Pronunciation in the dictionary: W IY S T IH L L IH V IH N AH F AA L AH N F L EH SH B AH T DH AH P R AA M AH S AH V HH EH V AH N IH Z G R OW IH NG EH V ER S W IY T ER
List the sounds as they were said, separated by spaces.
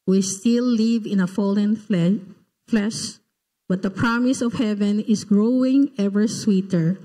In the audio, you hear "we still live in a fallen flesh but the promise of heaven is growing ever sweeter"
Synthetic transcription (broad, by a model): W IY S T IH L L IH V IH N AH F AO L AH N F L EH SH B AH T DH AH P R AA M AH S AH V HH EH V AH N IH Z G R OW IH NG EH V ER S W IY T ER